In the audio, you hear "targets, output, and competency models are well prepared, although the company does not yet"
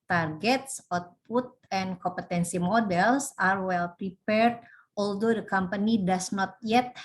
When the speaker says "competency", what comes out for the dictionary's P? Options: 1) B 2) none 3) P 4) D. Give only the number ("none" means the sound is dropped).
3